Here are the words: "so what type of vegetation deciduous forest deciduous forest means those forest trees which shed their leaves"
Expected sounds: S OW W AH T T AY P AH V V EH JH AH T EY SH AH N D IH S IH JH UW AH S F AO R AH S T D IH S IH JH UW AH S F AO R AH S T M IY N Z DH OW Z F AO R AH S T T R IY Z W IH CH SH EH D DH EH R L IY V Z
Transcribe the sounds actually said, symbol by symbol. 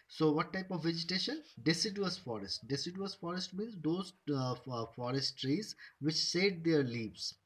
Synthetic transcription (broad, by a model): S OW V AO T T AY P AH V V EH JH AH T EY SH AH N D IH S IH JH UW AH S F AO R AH S T D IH S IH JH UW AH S F AO R AH S T M IY N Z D OW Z F AO R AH S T T R IY Z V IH CH S EH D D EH R L IY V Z